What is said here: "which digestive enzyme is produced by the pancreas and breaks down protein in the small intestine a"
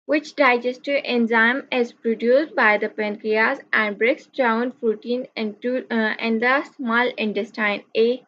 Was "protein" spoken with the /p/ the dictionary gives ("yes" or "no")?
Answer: no